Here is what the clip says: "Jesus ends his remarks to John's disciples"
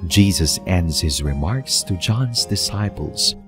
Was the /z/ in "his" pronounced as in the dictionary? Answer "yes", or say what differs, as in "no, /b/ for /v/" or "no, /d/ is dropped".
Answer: yes